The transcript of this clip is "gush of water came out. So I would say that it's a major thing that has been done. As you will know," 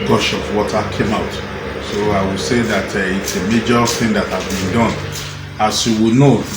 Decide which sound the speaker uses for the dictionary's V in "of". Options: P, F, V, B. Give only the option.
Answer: P